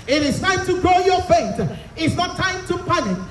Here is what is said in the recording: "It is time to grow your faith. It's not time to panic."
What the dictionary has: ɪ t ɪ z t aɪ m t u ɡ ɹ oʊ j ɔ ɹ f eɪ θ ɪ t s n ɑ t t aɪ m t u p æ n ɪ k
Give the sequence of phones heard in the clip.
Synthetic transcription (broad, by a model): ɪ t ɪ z t aɪ m t u ɡ ɹ oʊ j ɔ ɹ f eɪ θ ɪ t s n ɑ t t aɪ m t u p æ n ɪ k